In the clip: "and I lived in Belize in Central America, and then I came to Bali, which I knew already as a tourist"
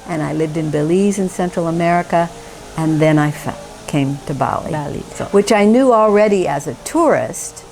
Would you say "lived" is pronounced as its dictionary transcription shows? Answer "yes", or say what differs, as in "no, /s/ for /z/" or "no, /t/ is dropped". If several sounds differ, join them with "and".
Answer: yes